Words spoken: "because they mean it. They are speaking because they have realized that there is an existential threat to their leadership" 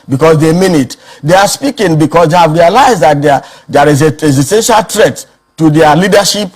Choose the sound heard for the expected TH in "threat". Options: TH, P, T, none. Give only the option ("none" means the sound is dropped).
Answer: T